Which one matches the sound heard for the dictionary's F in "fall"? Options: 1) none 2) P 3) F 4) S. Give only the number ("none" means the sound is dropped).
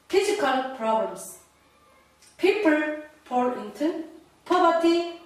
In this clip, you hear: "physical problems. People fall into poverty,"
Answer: 2